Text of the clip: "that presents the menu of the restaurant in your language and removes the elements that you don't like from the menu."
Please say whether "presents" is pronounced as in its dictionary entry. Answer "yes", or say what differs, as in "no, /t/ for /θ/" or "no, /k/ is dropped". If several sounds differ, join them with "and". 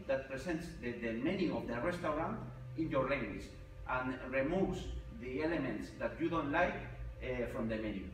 no, /s/ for /z/